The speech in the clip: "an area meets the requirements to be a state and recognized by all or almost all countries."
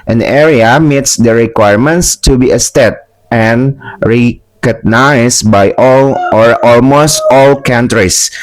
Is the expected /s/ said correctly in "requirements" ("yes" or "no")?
yes